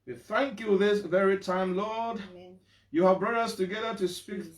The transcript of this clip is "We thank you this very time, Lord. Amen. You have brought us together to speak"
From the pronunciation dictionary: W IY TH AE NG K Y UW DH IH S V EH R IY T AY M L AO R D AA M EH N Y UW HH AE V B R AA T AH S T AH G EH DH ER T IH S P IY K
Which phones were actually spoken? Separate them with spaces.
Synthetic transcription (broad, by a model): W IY TH AE NG K Y UW DH IH S V EH R IY T AY M L AO R D Y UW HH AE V B R AA T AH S T AH G EH DH ER T IH S P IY K